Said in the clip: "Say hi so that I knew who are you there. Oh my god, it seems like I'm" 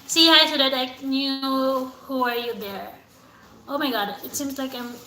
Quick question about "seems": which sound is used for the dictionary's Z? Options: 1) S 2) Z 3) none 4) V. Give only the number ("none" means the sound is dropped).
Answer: 2